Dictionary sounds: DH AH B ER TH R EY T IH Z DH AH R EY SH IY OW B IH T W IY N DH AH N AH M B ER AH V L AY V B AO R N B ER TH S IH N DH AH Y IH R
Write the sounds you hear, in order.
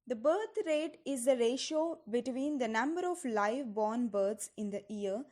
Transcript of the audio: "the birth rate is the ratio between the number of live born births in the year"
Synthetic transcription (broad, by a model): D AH B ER T R EY T IH Z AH R EY SH IY OW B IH T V IY N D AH N AH M B ER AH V L AY V B AO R N B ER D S IH N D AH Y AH R